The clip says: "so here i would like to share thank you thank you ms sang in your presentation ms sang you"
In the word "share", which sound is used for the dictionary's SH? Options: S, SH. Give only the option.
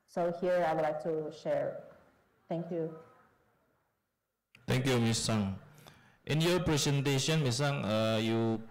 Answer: SH